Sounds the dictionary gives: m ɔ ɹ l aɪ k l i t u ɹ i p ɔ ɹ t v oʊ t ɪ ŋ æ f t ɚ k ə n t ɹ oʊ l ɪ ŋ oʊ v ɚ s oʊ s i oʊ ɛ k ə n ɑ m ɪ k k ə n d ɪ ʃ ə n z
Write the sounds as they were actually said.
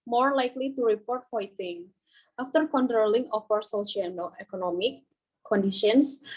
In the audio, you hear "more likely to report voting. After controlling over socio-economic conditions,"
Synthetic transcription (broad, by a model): m ɔ ɹ l aɪ k l i t u ɹ i p ɔ ɹ t f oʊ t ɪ ŋ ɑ f t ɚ k ə n t ɹ oʊ l ɪ ŋ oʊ f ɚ s oʊ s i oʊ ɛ k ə n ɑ m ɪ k k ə n d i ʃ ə n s